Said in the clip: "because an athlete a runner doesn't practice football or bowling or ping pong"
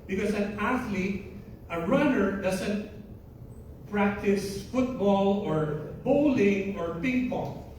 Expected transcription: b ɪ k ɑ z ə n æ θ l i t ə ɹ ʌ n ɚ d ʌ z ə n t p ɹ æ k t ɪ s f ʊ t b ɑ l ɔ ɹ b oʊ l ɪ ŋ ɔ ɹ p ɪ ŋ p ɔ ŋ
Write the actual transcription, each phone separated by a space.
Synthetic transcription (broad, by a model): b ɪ k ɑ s ə n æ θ l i t ə ɹ ʌ n ɚ d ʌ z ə n t p ɹ æ k t ɪ s f ʊ t b ɑ l ɔ ɹ b oʊ l ɪ ŋ ɔ ɹ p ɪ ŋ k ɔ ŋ